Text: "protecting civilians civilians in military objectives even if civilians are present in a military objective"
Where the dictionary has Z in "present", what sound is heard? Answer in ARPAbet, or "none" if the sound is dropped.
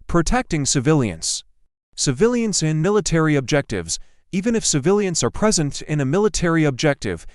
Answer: Z